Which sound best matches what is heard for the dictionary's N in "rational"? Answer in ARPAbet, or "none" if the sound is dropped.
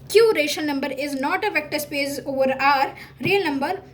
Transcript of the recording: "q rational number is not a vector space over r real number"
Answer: none